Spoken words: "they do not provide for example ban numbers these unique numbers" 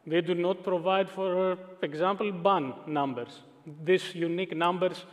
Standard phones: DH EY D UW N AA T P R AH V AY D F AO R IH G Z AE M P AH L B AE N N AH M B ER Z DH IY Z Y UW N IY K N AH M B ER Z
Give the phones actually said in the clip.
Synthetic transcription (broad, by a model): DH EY D UW N AA T P R AH V AY D F AO R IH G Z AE M P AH L B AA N N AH M B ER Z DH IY S Y UW N IY K N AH M B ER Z